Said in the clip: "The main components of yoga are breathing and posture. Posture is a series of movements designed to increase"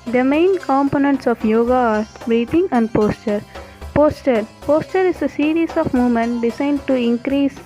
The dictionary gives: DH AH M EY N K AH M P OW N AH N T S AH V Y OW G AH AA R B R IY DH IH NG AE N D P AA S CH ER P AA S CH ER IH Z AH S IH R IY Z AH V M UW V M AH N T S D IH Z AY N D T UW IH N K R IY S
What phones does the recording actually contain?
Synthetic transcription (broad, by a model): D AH M EY N K AH M P OW N AH N T S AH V Y OW G AH AA R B R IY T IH NG AE N D P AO S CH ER P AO S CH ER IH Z AH S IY R IY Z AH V M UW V M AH N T D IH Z AY N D T UW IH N K R IY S